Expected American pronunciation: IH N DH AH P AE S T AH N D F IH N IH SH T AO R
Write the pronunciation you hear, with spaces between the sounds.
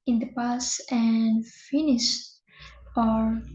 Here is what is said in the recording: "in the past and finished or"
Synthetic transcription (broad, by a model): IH N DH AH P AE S AH N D F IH N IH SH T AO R